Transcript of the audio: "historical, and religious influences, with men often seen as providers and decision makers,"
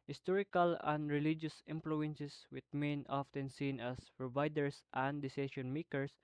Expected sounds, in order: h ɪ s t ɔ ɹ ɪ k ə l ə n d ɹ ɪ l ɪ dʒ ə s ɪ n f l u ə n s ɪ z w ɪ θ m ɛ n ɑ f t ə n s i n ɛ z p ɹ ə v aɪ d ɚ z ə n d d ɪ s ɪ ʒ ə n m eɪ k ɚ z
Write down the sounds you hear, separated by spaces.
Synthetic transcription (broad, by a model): h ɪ s t ɔ ɹ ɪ k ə l ə n d ɹ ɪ l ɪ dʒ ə s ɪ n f l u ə n s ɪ s w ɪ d m ɛ n ɑ f t ə n s i n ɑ s p ɹ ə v aɪ d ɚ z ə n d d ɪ s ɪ ʃ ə n m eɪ k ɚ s